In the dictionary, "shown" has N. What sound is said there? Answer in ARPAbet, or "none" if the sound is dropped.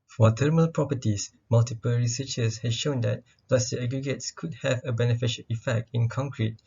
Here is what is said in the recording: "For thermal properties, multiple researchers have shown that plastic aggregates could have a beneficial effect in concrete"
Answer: N